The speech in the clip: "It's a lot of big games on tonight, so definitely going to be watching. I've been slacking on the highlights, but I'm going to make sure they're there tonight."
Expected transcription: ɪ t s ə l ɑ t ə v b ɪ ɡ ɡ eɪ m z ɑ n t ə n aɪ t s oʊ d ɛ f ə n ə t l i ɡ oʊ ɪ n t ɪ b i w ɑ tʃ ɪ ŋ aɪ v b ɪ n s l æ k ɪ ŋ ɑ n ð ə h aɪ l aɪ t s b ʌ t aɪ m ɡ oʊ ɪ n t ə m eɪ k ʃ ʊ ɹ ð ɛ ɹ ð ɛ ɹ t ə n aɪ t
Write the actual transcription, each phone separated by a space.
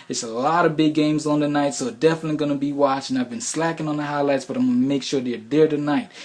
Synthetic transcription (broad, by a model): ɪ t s ə l ɑ t ə v b ɪ ɡ ɡ eɪ m z n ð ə n aɪ t s oʊ d ɛ f ə n ə t l i ɡ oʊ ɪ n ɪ b i w ɑ tʃ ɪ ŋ aɪ v b ɪ n s l æ k ɪ ŋ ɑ n ð ə h aɪ l aɪ t s b ʌ t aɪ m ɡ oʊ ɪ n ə m eɪ k ʃ ʊ ɹ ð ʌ ɹ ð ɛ ɹ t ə n aɪ t